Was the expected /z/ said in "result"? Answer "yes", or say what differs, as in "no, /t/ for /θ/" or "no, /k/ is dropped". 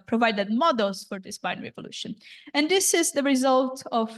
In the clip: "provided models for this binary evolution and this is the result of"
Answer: yes